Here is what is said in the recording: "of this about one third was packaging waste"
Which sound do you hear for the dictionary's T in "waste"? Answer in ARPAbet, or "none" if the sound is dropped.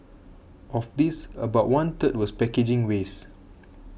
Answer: none